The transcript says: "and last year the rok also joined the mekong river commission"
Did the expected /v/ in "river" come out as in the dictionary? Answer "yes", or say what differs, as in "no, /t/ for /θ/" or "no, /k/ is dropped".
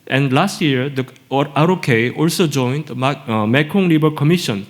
no, /b/ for /v/